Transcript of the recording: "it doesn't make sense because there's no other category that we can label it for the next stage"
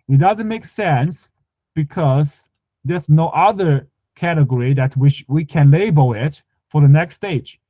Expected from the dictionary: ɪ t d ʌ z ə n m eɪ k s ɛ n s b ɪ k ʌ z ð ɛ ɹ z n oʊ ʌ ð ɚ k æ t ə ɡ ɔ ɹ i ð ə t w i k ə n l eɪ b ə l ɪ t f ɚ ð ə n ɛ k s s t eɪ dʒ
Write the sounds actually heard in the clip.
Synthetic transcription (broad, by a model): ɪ t d ʌ z ə n m eɪ k s ɛ n s b ɪ k ʌ z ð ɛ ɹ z n oʊ ʌ ð ɚ k æ t ə ɡ ɔ ɹ i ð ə t w i k ə n l eɪ b ə l ɪ t f ɚ ð ə n ɛ k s s t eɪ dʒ